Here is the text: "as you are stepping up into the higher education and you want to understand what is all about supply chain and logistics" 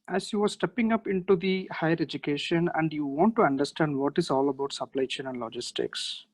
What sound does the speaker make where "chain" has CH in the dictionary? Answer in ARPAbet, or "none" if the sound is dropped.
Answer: SH